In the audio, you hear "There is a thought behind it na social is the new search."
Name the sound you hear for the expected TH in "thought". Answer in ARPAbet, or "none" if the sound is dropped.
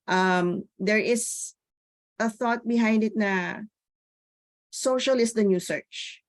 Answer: TH